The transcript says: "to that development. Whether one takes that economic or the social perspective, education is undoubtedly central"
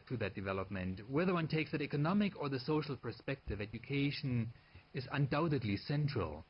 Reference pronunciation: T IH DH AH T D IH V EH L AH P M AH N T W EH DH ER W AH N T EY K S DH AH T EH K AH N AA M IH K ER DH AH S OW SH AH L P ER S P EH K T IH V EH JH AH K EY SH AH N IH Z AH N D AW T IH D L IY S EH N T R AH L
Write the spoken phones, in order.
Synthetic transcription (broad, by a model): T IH DH AH T D IH V EH L AH P M AH N T W EH DH ER W AH N T EY K S DH AH T EH K AH N AA M IH K ER DH AH S OW SH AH L P ER S P EH K T IH V EH JH AH K EY SH AH N IH Z AH N D AW T IH D L IY S EH N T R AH L